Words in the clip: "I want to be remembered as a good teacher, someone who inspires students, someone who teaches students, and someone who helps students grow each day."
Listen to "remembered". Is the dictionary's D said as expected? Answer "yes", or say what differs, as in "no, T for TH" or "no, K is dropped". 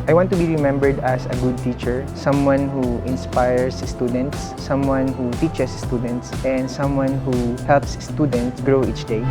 yes